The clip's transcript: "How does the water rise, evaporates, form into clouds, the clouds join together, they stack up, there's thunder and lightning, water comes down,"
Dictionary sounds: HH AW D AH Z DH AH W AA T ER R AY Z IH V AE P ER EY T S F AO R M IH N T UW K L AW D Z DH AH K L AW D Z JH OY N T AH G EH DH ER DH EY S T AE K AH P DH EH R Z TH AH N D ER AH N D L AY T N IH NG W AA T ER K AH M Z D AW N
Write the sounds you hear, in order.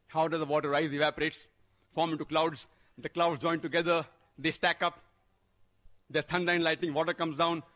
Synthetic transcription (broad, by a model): HH AW D AH Z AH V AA T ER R AY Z IH V AE P ER EY T S F AO R M IH N T UW K L AW D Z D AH K L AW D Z JH OY N T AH G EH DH ER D EY S T AE K AH P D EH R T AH N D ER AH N L AY T IH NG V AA T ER K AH M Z D AW N